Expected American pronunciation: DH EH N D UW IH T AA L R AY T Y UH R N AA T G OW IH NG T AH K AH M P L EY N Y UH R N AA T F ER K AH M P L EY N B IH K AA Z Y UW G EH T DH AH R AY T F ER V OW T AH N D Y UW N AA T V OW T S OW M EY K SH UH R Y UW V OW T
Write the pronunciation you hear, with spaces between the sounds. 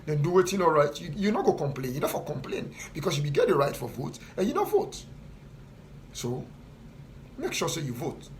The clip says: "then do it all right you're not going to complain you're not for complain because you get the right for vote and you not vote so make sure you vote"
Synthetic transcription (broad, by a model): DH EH N D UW IH T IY N R AY T Y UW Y N AA T G OW K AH M P L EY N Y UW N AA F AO K AH M P L EY N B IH K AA S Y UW G EH T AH R AY T F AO V OW T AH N Y UW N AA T V OW T S OW M EY K SH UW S Y UW V OW T